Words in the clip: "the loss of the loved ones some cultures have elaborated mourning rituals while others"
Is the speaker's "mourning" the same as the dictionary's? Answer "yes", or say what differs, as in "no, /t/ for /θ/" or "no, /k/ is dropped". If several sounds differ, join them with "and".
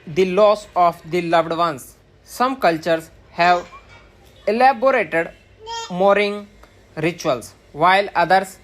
no, /n/ is dropped